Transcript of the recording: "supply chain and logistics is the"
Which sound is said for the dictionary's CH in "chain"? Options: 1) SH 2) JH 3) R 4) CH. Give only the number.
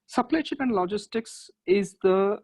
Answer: 1